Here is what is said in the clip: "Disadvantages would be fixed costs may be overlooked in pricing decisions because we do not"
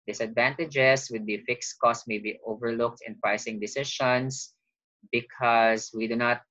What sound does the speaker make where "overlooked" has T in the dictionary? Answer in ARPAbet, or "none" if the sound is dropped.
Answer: T